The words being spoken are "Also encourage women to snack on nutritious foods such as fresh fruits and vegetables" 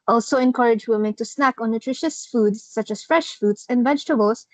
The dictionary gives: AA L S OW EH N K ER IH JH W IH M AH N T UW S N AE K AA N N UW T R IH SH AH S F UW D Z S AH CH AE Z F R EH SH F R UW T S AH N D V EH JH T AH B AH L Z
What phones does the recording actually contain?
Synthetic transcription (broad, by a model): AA L S OW EH N K ER IH JH W IH M AH N T UW S N AE K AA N N UW T R IH SH AH S F UW D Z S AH CH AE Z F R EH SH F UW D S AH N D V EH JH T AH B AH L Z